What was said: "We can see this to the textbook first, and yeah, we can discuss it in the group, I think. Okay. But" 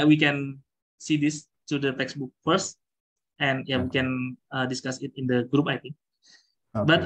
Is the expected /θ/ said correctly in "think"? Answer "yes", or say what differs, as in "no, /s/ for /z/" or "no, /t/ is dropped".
no, /t/ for /θ/